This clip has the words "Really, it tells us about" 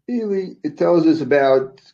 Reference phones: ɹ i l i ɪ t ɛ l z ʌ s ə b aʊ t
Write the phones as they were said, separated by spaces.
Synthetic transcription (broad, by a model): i l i ɪ t ɛ l z ʌ s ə b aʊ t